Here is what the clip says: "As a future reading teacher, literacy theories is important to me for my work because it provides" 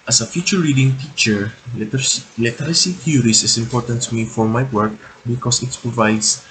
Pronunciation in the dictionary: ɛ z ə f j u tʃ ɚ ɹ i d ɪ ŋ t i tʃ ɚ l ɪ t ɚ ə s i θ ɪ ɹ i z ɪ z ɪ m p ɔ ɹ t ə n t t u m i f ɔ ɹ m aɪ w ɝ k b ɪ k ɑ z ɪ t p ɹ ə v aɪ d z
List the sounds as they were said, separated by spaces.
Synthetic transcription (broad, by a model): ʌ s ə f j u tʃ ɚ ɹ i d ɪ ŋ t i tʃ ɚ l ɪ t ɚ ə s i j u ɹ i s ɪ s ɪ m p ɔ ɹ t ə n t t u m i f ɔ ɹ m aɪ w ɝ k b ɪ k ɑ s ɪ t p ɹ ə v aɪ d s